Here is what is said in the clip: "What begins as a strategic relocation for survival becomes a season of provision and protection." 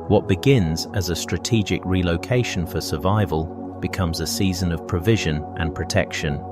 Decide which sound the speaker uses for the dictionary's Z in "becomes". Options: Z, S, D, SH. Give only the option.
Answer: Z